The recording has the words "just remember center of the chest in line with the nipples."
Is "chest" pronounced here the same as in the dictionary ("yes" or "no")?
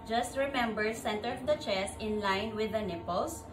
no